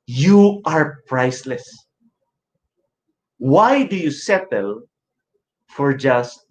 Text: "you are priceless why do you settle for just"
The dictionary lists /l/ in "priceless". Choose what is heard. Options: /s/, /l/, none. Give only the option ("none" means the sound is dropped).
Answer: /l/